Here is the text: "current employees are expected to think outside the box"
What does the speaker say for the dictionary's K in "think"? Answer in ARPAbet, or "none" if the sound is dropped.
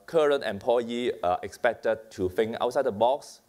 none